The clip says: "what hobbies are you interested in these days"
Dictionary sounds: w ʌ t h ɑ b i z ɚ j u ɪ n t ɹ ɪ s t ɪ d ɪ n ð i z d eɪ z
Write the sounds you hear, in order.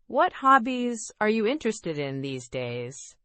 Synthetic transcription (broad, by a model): w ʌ t h ɑ b i z ɚ j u ɪ n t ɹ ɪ s t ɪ d ɪ n ð i z d eɪ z